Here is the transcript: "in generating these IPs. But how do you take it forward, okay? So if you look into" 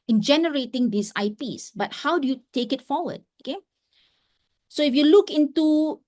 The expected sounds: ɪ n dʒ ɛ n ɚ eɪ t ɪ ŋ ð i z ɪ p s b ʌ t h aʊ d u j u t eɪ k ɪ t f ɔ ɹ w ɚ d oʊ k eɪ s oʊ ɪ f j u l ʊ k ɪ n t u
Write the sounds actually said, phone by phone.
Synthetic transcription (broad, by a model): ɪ n dʒ ɛ n ɚ eɪ t ɪ ŋ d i s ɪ p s b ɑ t h aʊ d u j u t eɪ k ɪ t f ɔ w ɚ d oʊ k eɪ s oʊ ɪ f j u l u k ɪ n t u